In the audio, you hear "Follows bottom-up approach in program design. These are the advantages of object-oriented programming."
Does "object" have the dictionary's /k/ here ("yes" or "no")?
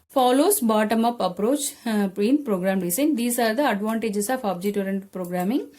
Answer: no